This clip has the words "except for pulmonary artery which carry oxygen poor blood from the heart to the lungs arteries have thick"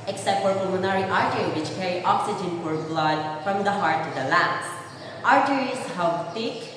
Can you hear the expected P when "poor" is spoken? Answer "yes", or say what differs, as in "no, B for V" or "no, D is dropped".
no, F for P